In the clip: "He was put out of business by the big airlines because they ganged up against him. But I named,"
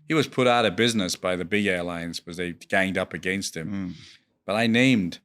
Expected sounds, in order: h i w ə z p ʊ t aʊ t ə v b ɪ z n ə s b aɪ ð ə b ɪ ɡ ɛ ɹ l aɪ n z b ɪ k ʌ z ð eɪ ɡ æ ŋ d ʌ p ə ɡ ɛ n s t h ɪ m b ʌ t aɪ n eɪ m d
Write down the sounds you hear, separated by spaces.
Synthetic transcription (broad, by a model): h i w ə z p ʊ t aʊ t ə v b ɪ z n ə s b aɪ ð ə b ɪ ɡ ɛ ɹ l aɪ n z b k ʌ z ð eɪ ɡ æ ŋ d ʌ p ə ɡ ɛ n s t h ɪ m b ʌ t aɪ n eɪ m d